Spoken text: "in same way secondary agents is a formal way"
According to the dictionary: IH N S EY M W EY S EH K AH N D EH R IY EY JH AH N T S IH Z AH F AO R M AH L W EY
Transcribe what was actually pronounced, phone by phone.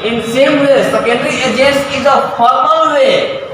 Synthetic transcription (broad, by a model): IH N S EY M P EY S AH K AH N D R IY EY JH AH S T IH Z AH F AO R M AH L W EY